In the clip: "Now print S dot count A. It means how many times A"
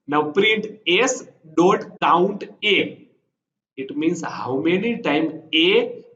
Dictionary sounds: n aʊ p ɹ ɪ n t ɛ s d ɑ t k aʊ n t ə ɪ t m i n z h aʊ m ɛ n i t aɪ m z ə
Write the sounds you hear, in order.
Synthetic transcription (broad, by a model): n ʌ p ɹ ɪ n t ɛ s d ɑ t k aʊ n t ə ɪ t m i n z h aʊ m ɛ n i t aɪ m ə